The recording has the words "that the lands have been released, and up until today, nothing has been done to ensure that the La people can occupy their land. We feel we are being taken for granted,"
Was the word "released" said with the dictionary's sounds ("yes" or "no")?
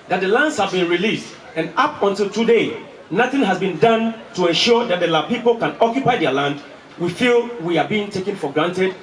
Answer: yes